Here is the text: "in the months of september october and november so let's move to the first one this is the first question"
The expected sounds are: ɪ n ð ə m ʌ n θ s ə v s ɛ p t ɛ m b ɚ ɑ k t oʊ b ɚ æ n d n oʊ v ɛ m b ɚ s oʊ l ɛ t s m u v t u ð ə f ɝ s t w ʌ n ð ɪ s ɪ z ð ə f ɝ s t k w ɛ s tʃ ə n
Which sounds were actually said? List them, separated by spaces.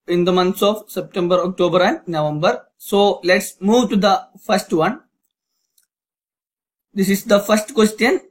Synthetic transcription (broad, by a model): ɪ n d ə m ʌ n t s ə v s ɛ p t ɛ m b ɚ ɑ k t oʊ b ɚ æ n d n oʊ v ɛ m b ɚ s oʊ l ɛ t s m u v t u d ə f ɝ s t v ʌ n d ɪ s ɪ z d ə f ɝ s t k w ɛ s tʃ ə n